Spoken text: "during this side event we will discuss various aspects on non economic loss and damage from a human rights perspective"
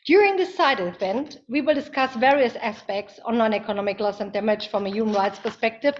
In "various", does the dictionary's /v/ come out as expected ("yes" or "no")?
yes